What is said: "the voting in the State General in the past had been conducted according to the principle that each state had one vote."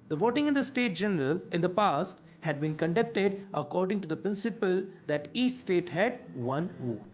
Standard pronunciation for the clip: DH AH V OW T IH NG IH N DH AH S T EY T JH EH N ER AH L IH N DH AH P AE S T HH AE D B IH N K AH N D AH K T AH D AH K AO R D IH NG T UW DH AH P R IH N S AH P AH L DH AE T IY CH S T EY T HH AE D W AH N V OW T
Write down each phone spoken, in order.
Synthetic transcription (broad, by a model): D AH V OW T IH NG IH N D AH S T EY T JH EH N ER AH L IH N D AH P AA S T HH AE D B IH N K AH N D AH K T AH D AH K AO R D IH NG T UW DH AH P R IH N S AH P AH L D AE T IY CH S T EY T HH AE D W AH N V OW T